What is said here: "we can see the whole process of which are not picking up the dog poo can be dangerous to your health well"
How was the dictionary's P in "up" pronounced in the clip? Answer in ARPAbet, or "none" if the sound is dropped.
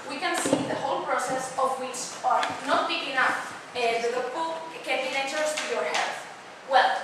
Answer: F